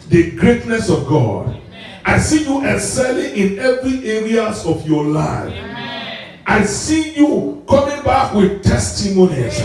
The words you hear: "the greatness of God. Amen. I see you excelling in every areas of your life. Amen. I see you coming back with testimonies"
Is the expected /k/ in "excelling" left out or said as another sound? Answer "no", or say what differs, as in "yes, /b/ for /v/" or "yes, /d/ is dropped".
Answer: yes, /k/ is dropped